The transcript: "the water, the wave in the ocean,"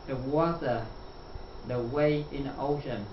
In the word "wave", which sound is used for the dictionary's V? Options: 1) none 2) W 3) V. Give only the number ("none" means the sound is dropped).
1